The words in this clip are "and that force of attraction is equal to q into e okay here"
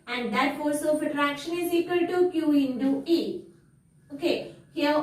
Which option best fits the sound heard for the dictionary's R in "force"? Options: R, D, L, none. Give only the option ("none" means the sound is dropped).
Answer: L